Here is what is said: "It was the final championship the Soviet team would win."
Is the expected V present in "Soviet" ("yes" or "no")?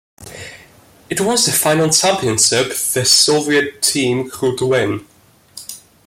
yes